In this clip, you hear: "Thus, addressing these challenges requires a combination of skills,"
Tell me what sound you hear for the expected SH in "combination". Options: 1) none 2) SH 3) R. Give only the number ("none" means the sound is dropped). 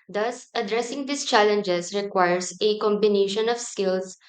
2